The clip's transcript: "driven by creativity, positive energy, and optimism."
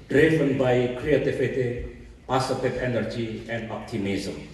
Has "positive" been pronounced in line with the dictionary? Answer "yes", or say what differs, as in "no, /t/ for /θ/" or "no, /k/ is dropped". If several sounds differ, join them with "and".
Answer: no, /s/ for /z/